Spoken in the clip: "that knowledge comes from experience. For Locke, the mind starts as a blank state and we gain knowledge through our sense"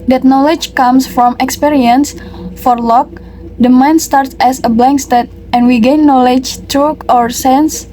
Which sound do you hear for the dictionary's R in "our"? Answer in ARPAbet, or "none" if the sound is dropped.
R